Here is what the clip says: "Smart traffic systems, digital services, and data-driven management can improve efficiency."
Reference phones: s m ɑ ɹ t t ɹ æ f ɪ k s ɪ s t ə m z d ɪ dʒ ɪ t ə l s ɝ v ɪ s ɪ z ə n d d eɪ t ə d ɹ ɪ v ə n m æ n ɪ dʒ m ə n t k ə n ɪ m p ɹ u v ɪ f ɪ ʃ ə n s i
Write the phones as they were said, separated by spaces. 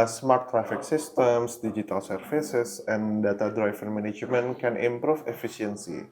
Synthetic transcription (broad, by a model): s m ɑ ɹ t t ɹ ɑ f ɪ k s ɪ s t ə m s d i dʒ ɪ t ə l s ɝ f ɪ s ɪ s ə n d d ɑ t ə d ɹ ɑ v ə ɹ m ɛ n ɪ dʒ m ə n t k ə n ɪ m p ɹ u f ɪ f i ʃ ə n s i